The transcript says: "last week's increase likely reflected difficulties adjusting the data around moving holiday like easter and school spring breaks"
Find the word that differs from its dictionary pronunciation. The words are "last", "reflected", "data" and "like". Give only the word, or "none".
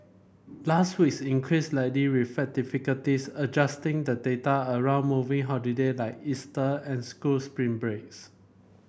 reflected